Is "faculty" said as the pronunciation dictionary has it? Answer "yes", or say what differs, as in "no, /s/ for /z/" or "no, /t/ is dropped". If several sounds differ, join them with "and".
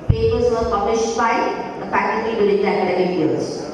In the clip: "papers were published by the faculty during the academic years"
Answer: no, /p/ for /f/